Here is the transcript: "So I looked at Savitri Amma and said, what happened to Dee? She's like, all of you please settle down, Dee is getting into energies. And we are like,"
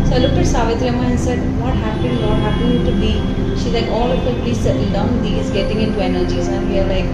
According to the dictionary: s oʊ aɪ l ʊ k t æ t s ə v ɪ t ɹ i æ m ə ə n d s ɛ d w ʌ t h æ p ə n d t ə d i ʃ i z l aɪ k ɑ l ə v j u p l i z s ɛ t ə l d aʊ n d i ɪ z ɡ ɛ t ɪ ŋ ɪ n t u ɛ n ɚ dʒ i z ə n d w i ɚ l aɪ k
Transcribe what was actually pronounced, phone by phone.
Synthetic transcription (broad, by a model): s oʊ aɪ l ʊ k æ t s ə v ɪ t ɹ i m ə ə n s ɛ d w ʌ t h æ p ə n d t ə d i ʃ i z l aɪ k ɑ l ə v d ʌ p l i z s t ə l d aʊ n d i ɪ z ɡ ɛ t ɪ ŋ ɪ n t u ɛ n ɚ dʒ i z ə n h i ɚ l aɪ k